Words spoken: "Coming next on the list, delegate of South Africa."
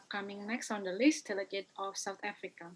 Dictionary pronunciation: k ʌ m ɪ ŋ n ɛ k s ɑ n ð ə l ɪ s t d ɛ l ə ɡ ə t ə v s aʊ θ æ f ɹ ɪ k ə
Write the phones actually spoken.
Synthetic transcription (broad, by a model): k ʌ m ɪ ŋ n ɛ k s ɑ n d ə l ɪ s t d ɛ l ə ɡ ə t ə f s aʊ t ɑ f ɹ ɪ k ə